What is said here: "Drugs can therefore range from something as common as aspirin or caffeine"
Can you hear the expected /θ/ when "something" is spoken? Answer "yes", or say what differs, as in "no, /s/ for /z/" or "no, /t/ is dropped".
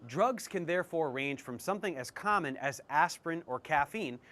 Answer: yes